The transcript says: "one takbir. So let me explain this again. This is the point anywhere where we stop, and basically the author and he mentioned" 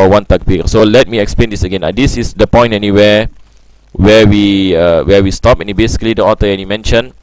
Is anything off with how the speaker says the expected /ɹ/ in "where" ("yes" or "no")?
yes